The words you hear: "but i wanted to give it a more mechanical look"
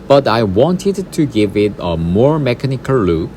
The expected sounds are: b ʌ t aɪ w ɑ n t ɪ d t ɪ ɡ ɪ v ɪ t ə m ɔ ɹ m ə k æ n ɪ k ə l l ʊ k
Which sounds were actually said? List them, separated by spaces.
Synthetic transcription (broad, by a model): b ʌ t aɪ w ɑ n t ɪ d t ɪ ɡ ɪ v ɪ t ə m ɔ ɹ m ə k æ n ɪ k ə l l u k